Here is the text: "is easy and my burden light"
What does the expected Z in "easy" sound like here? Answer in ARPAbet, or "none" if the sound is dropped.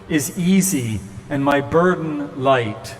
Z